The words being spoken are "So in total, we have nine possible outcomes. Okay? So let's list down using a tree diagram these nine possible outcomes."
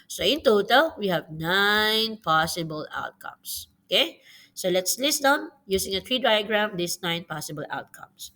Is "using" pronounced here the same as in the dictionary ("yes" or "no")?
no